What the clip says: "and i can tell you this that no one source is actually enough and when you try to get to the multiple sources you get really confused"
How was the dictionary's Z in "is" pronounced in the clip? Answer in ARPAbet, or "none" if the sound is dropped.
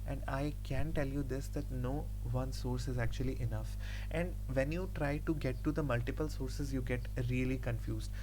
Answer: Z